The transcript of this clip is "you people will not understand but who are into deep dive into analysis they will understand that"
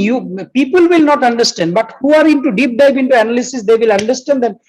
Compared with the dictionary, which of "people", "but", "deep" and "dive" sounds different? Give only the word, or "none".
dive